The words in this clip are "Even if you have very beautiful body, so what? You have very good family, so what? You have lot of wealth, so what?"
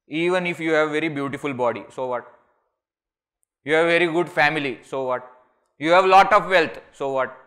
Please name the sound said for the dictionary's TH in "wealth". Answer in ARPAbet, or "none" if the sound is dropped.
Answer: T